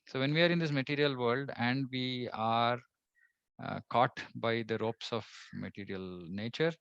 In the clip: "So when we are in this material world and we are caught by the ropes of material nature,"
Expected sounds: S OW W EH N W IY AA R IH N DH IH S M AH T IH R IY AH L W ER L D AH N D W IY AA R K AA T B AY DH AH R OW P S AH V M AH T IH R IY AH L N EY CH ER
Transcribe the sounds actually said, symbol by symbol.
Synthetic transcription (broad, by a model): S OW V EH N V IY AA R IH N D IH S M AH T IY R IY AH L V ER L D AH N D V IY AA R K AA T B AY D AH R OW P S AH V M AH T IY R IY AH L N EY CH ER